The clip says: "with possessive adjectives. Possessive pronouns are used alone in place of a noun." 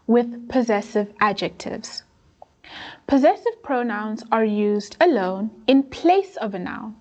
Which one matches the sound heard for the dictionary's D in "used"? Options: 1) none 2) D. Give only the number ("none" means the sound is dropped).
2